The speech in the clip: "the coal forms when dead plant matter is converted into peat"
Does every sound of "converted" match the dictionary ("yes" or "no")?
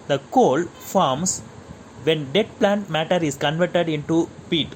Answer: yes